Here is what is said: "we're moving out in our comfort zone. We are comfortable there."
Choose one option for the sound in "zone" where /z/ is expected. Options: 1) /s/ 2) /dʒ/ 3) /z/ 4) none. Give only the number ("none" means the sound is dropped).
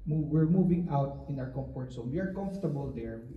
1